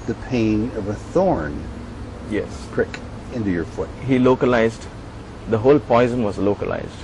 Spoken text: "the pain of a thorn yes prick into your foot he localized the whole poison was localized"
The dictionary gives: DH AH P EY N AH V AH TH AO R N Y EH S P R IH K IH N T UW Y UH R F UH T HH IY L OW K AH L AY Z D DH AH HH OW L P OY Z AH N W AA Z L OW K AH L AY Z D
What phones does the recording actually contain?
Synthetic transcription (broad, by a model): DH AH P EY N AH V AH TH AO R N Y EH S P R IH K IH N T UW Y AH R F UH T HH IY L OW K AH L AY Z D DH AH HH OW L P OY Z AH N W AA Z L OW K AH L AY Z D